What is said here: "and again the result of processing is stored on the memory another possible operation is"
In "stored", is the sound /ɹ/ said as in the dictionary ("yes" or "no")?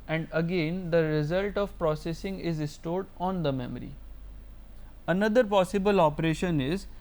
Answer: yes